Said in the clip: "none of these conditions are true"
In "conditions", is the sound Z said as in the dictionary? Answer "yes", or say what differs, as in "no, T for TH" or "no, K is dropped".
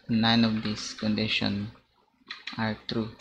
no, Z is dropped